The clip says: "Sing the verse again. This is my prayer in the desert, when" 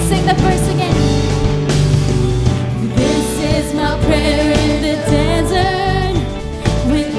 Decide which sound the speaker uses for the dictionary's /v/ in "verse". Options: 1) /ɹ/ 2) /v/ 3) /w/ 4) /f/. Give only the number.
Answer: 4